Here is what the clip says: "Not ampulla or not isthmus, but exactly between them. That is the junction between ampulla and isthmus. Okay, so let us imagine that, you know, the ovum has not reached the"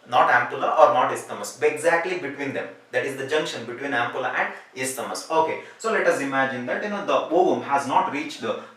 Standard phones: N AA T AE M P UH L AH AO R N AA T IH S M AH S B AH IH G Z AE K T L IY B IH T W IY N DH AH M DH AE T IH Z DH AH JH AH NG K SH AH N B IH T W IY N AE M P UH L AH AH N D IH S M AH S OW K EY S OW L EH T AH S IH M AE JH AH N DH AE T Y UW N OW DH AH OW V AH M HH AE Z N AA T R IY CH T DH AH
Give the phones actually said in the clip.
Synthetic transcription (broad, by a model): N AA T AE M P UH L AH AO R N AA T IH S M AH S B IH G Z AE K T L IY B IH T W IY N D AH M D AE T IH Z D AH JH AH NG K SH AH N B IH T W IY N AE M P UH L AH AH N D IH S M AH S OW K EY S OW L EH T AH S IH M AE JH AH N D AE T Y UW N OW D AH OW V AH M HH AE Z N AA T R IY CH T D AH